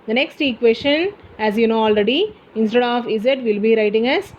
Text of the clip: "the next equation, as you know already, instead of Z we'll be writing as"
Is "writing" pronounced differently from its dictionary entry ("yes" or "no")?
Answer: no